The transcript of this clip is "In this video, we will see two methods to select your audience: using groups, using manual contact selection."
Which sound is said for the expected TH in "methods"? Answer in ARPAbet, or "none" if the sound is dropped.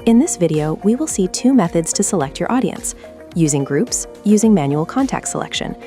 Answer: TH